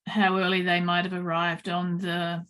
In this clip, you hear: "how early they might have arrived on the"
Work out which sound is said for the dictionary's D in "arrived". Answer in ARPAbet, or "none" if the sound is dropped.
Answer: D